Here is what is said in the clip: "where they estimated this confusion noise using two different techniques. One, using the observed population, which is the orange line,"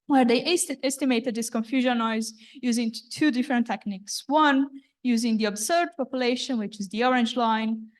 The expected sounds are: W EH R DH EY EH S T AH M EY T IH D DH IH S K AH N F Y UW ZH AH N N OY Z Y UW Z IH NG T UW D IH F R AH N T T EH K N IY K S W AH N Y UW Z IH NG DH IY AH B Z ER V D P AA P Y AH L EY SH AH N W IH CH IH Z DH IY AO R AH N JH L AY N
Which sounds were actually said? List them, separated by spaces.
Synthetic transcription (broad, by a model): W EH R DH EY EH S T AH M EY T IH D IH S K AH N F Y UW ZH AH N N OY Z Y UW Z IH NG T UW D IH F R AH N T T EH K N IY K S W AH N Y UW Z IH NG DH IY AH B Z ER D P AA P Y AH L EY SH AH N W IH CH IH Z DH IY AO R AH N JH L AY N